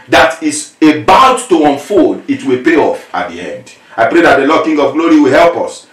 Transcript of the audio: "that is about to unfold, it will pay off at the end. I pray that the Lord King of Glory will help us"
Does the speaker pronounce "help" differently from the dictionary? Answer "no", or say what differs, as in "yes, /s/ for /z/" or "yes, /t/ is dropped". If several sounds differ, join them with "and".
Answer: no